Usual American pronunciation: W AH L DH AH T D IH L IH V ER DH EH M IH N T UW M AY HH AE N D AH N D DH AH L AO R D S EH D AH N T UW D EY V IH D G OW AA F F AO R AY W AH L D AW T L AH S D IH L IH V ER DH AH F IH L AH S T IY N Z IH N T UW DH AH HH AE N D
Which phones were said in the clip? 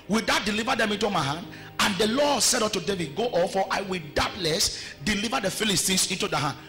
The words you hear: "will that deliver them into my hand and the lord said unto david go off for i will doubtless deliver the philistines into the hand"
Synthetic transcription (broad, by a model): W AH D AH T D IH L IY V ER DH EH M IH N T UW M AY HH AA N D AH N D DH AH L AO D S EH D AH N T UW D EY V IH D G OW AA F F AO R AY W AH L D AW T L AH S D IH L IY V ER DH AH F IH L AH S T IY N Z IH N T UW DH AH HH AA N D